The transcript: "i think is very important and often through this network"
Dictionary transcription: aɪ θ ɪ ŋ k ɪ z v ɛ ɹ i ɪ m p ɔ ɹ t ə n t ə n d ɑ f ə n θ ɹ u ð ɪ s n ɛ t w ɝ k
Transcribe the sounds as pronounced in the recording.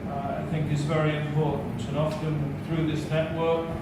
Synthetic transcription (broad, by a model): aɪ θ ɪ ŋ k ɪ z v ɛ ɹ i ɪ m p ɔ ɹ t n t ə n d ɑ f ə n θ ɹ u ð ɪ s n ɛ t w ɝ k